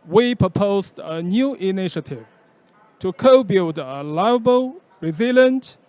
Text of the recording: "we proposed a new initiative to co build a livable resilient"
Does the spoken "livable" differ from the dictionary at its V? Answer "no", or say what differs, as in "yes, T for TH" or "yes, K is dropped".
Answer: yes, V is dropped